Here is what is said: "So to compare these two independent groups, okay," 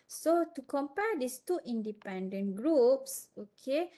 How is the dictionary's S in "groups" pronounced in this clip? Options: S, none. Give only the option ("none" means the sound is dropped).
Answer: S